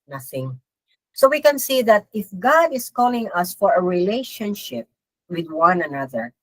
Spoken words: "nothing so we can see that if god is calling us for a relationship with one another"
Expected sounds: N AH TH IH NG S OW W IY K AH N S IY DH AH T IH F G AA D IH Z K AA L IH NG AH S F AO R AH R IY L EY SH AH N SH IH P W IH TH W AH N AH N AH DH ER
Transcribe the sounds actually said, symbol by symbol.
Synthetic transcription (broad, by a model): N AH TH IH NG S OW W IY K AH N S IY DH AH T IH F G AA D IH S K AA L IH NG AH S F AO R AH R IY L EY SH AH N SH IH P W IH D W AH N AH N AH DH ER